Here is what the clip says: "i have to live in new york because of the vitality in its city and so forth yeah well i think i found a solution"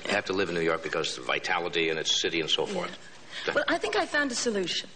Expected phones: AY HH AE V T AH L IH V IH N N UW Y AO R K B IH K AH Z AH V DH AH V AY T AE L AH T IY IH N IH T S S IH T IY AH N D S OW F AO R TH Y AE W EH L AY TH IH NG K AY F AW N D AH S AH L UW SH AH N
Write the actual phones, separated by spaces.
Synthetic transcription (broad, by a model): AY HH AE F T AH L IH V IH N N UW Y AO R K B IH K AH Z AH V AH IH T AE L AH T IY IH N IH T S S IH T IY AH N S OW F AO R TH W EH L AY TH IH NG K AY F AW N D AH S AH L UW SH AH N